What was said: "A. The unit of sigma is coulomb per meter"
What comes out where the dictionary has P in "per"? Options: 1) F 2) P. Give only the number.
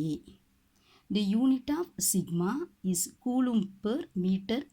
2